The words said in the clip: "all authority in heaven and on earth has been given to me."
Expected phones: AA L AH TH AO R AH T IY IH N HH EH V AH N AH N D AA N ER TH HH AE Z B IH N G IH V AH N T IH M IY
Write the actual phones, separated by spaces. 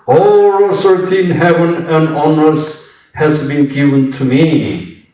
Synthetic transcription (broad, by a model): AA L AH S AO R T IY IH N HH EH V AH N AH N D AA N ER S HH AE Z B IH N G IH V AH N T IH M IY